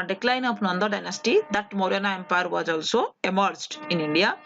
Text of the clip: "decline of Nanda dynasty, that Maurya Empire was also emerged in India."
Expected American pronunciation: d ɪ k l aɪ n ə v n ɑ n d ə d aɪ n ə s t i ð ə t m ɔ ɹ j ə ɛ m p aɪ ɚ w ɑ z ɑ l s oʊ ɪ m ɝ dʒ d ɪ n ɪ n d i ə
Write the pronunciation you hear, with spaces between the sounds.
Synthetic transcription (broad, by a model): d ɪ k l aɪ n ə p n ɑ n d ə d aɪ n ə s t i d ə t m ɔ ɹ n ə ɛ m p aɪ ɚ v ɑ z ɑ l s oʊ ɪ m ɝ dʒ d ɪ n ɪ n d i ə